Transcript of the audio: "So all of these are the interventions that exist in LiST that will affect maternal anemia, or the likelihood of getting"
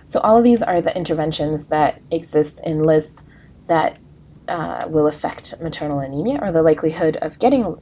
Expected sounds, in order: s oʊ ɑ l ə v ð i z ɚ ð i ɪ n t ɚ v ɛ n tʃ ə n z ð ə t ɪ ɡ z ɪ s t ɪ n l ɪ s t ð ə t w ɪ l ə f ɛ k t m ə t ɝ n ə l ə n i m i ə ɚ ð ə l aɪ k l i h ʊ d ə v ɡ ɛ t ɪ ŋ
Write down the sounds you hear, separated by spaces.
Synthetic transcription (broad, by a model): s oʊ ɑ l ə v ð i z ɚ ð i ɪ n t ɚ v ɛ n ʃ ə n z ð ə t ɪ ɡ z ɪ s t ɪ n l ɪ s t ð ə t w ɪ l ə f ɛ k t m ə t ɝ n l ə n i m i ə ɚ ð ə l aɪ k l i h ʊ d ə v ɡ ɛ t ɪ ŋ